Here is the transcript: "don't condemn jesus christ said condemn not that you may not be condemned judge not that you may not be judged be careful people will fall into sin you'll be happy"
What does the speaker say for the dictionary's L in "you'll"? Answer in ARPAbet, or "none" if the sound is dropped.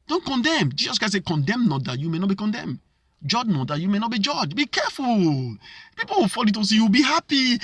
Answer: W